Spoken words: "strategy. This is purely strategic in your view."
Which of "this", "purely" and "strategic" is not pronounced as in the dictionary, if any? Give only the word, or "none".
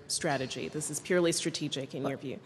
none